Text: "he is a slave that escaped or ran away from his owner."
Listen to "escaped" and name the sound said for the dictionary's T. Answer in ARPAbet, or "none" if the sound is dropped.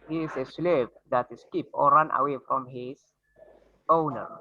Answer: none